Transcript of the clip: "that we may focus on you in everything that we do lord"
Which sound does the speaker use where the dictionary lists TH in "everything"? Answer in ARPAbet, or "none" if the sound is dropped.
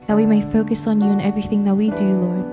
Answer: TH